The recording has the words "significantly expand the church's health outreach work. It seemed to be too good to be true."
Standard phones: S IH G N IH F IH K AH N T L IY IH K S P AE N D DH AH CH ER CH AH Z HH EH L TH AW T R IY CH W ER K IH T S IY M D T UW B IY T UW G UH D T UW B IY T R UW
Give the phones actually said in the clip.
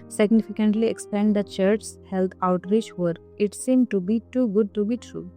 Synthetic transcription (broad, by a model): S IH G N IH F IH K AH N T L IY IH K S P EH N D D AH CH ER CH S HH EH L T AW T R IY CH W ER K IH T S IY M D T UW B IY T UW G UH D T UW B IY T R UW